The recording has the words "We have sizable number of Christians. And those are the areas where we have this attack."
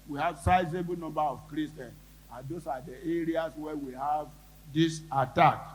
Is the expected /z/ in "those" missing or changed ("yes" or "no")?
yes